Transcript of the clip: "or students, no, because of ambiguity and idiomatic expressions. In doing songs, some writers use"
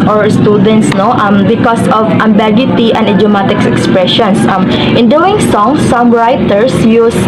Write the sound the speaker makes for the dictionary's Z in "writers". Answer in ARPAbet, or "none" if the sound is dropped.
S